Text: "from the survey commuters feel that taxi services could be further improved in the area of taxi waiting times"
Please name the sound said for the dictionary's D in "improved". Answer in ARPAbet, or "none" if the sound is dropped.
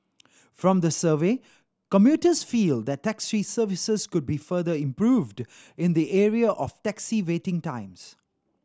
D